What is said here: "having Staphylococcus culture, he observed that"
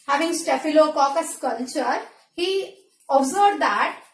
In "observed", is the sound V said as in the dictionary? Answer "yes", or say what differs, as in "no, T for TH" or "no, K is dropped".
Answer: no, B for V